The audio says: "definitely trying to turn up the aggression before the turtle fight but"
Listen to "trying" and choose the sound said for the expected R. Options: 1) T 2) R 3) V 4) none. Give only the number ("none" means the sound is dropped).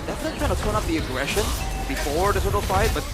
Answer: 4